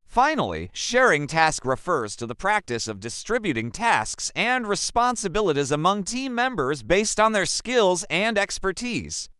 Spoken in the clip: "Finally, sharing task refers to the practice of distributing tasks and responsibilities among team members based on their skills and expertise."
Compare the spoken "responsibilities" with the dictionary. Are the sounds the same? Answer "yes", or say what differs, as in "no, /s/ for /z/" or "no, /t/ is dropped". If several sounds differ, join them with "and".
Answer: yes